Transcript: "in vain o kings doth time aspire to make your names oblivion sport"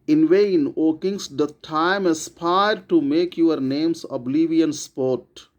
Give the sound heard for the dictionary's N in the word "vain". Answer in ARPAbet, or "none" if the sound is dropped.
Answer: N